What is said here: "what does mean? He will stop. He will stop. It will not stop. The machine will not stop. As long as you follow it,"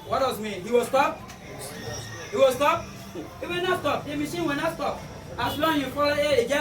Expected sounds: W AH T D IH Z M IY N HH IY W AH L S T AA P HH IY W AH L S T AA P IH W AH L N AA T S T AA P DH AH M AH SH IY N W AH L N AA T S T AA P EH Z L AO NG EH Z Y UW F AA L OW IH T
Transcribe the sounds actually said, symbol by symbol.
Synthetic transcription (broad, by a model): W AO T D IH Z M IY N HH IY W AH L S T AA P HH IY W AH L S T AA P IH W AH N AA S T AA P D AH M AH S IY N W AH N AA S T AA P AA S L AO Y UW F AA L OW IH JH